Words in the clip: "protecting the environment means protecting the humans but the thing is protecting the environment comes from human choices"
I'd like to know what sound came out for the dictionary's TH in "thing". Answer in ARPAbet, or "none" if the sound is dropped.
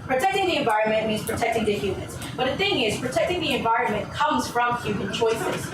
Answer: TH